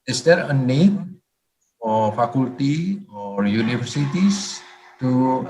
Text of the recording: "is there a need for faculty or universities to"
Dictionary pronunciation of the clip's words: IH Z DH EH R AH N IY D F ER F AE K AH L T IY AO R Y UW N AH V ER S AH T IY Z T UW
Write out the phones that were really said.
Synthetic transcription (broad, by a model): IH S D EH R AH N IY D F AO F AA K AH L T IY AO R Y UW N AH F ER S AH T IY S T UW